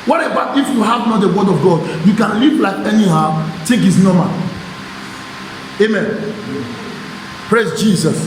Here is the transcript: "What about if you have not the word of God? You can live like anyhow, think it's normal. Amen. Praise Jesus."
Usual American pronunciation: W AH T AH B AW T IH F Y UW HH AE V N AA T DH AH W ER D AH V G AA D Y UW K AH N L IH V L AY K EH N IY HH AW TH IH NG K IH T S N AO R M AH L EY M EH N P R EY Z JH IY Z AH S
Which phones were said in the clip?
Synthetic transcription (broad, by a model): W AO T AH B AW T IH F Y UW HH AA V N AA T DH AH W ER D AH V G AA D Y UW K AH N L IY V L AY K EH N IY HH AW T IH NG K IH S N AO M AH EY M EH N P R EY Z JH IY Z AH S